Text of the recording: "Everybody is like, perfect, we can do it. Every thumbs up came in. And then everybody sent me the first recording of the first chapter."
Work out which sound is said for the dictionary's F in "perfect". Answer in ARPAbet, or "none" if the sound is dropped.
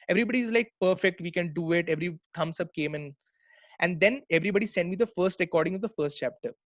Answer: F